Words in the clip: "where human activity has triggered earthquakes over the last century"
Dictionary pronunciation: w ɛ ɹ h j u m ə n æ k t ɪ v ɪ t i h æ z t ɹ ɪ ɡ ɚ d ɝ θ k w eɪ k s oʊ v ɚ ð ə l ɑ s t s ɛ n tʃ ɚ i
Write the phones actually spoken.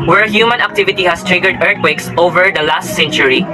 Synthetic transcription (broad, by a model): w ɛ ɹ h j u m ə n æ k t ɪ v ɪ t i h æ s t ɹ ɪ ɡ ɚ d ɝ t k w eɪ k s oʊ v ɚ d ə l ɑ s t s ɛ n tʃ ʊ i